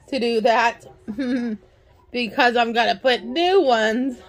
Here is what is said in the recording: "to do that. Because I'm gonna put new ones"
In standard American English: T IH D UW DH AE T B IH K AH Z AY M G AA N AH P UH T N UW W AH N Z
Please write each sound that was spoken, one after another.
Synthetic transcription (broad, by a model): T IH D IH DH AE T B IH K AH Z AY M G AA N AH P UH T N UW W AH N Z